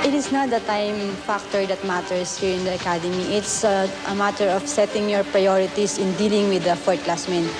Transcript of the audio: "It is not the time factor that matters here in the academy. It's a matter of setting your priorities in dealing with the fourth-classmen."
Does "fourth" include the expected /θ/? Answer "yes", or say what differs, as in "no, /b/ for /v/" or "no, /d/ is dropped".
no, /t/ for /θ/